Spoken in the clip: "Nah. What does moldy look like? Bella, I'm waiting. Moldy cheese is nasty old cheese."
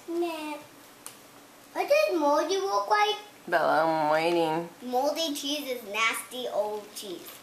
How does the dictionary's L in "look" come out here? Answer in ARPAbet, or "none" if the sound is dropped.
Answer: W